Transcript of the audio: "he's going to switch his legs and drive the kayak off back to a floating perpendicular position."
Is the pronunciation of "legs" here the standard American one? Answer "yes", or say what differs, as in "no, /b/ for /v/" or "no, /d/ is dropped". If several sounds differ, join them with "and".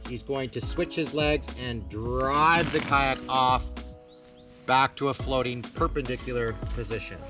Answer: yes